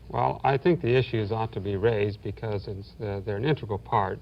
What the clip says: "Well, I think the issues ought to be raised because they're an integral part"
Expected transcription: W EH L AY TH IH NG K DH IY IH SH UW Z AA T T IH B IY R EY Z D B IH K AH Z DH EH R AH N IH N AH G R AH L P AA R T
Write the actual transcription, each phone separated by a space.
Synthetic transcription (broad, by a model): W EH L AY TH IH NG K DH IY IH SH UW Z AA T T IH B IY R EY Z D B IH K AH Z DH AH R AH N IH N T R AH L P AA R T